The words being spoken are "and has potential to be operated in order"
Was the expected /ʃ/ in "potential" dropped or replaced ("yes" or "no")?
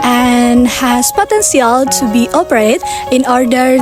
yes